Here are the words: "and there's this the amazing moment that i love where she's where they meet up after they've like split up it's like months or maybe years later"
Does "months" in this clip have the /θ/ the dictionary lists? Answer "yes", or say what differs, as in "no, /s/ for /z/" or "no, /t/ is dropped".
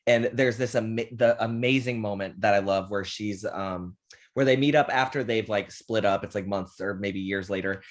yes